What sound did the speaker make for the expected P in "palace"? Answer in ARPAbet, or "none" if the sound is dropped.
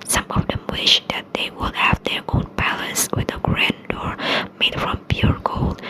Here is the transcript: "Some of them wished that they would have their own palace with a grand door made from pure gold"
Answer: B